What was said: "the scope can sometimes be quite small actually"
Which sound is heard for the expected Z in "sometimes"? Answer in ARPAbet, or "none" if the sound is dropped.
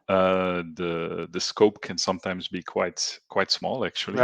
Z